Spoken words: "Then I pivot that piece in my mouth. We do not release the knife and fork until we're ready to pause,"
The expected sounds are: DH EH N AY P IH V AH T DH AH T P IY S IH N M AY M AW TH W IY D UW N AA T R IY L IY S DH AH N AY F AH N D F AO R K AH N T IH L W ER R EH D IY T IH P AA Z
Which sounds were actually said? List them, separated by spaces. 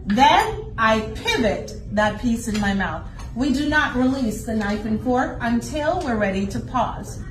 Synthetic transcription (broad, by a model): DH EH N AY P IH V AH T DH AH T P IY S IH N M AY M AW TH W IY D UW N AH T R IY L IY S DH AH N AY F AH N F AO R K AH N T IH L W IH R EH D IY T IH P AA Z